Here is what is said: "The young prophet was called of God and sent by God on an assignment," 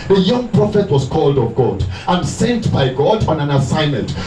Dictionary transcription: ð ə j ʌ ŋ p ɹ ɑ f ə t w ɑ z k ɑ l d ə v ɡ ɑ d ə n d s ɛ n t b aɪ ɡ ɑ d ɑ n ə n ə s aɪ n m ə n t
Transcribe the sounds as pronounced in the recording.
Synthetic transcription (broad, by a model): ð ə j ʌ ŋ p ɹ ɑ f ə t w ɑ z k ɑ l d ə v ɡ ɑ d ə n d s ɛ n t b aɪ ɡ ɑ d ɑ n ə n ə s aɪ n m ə n t